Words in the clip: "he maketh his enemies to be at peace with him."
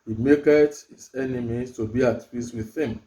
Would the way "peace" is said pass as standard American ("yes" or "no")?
no